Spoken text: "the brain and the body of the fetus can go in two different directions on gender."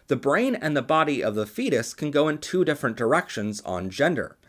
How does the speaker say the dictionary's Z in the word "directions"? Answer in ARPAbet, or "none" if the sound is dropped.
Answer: Z